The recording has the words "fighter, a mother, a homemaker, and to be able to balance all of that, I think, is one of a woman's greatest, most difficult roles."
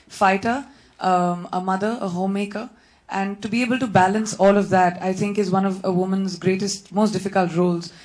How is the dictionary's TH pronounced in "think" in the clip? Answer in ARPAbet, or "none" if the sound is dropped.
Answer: T